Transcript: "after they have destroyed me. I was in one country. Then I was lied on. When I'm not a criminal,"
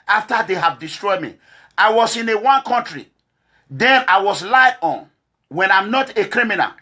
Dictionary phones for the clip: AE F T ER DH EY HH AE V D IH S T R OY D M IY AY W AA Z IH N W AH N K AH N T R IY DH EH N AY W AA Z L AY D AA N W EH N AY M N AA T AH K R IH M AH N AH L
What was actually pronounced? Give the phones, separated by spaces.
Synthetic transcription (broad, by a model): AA F T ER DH EY HH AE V D IH S T R OY D M IY AY W AA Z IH N W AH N K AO N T R IY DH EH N AY W AA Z L AY AA N W EH N AY M N AA T AH K R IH M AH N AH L